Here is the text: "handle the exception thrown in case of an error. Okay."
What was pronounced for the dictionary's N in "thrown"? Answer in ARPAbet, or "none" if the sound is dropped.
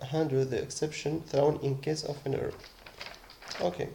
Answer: N